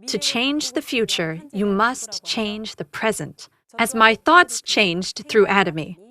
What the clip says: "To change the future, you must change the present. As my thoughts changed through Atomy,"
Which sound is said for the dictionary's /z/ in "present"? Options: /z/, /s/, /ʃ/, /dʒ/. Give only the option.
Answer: /z/